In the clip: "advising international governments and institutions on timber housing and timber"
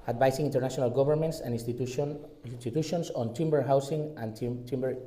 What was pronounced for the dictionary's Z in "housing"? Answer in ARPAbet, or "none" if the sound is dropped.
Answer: S